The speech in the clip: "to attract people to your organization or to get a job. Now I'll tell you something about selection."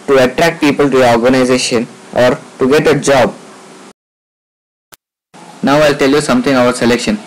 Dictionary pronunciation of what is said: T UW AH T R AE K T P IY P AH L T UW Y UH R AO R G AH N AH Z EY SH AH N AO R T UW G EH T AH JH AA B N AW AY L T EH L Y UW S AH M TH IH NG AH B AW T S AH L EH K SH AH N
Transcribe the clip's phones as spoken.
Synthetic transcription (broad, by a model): T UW AH T R AE K T P IY P AH L T UW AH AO R G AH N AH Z EY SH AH N AO R T UW G EH T AH JH AA B N AW AY L T EH L Y UW S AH M T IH NG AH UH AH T S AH L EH K SH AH N